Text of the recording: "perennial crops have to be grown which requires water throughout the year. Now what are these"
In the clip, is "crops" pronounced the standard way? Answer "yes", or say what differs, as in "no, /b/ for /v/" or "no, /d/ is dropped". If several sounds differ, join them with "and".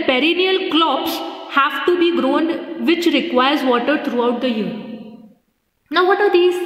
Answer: no, /l/ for /ɹ/